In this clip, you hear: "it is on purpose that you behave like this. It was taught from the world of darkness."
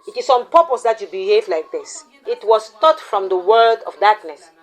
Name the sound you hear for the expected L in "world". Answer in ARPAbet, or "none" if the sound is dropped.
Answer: none